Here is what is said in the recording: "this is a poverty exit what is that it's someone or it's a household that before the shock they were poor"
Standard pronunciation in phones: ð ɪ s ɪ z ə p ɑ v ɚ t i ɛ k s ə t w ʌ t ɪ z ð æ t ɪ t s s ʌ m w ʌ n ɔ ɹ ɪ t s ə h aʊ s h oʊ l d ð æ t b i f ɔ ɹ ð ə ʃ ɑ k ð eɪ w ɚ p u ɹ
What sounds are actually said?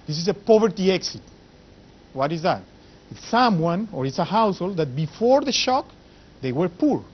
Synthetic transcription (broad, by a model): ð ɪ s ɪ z ə p ɑ v ɚ t i ɛ k s ə t w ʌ t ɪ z ð æ t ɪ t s s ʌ m w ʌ n ɔ ɹ ɪ t s ə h aʊ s h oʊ l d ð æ t b i f ɔ ɹ ð ə ʃ ɑ k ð eɪ w ɚ p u ɹ